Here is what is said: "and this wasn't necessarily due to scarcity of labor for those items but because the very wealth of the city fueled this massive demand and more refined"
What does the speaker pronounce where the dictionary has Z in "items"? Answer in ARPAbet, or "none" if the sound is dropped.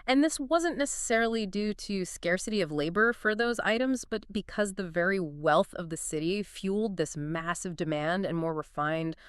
Z